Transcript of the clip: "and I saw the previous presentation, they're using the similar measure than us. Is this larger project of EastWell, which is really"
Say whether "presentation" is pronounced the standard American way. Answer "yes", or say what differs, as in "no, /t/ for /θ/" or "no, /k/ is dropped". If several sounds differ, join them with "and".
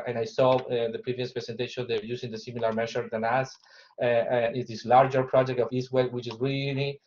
no, /s/ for /z/